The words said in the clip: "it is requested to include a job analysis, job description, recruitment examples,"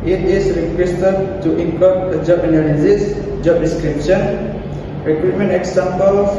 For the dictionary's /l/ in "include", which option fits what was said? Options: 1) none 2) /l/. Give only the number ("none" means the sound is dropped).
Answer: 1